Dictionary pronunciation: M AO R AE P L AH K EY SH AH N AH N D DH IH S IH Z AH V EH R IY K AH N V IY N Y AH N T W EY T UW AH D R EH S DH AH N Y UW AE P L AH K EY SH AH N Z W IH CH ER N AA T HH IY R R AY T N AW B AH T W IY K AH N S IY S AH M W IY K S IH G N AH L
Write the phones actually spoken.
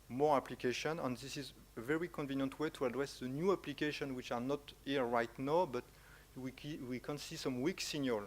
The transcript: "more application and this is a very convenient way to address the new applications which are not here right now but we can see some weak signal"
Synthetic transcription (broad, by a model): M AO R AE P L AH K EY SH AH N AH N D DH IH S IH Z AH V EH R IY K AH N V IY N Y AH N T W EY T UW AH D R EH S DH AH N Y UW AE P L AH K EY SH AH N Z W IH CH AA N AA T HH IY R R AY T N AW B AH T W IY K AH N S IY S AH M W IY K S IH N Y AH L